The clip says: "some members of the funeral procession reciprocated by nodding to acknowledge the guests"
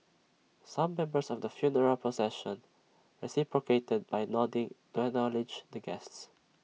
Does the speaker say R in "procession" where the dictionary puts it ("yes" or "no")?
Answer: no